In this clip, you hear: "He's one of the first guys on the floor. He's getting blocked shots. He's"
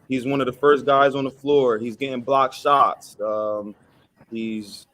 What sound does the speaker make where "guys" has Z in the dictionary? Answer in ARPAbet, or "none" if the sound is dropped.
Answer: Z